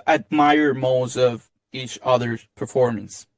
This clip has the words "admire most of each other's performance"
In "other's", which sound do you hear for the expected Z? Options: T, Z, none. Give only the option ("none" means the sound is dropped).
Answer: none